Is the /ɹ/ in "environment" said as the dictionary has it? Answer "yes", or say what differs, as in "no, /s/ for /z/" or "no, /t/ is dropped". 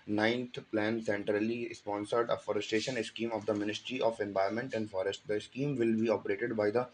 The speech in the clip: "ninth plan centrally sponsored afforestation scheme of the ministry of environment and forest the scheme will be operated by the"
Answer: no, /ɹ/ is dropped